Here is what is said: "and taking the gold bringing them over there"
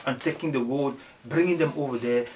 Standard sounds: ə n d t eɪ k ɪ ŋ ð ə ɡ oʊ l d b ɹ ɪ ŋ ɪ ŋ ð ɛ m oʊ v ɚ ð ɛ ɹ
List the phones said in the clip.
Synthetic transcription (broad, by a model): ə n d t eɪ k ɪ ŋ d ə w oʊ d b ɹ ɪ ŋ ɪ ŋ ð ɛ m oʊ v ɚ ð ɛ